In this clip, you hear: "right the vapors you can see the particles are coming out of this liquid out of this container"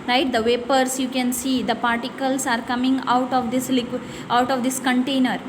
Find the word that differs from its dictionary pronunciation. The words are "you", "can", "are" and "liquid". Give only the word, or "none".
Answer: liquid